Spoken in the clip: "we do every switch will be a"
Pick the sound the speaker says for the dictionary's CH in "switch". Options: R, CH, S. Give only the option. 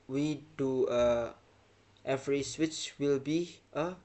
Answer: CH